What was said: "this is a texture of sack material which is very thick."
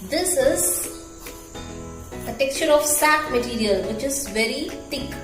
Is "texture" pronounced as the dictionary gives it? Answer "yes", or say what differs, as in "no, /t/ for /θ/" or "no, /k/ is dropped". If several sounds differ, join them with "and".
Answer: yes